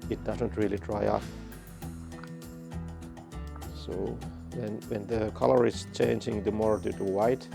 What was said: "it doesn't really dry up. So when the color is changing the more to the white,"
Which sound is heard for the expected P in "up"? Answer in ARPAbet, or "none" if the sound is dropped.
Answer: F